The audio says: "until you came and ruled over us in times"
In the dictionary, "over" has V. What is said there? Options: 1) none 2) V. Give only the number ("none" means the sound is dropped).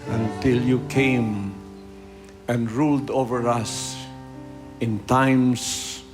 2